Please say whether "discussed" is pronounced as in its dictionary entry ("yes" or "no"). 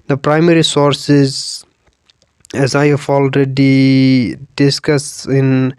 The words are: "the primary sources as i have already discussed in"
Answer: no